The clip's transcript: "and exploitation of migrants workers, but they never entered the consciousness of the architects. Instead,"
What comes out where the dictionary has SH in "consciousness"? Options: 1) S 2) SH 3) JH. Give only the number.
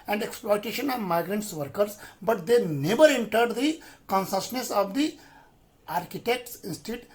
1